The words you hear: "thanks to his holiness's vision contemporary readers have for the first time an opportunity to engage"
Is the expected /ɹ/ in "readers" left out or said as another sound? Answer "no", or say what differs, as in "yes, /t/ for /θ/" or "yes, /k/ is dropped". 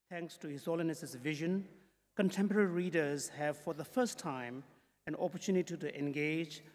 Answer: no